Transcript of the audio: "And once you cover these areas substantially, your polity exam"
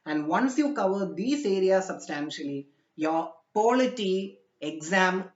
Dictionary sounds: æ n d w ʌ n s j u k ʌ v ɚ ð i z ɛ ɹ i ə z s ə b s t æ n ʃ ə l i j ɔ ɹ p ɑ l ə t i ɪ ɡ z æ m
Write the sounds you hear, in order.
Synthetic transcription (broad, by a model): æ n d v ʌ n s j u k ʌ v ɚ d i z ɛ ɹ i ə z s ə b s t æ n ʃ ə l i j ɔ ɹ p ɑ l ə t i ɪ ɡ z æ m